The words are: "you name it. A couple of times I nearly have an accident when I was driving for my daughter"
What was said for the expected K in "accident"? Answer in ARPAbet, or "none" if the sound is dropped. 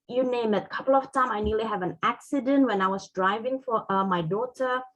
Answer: K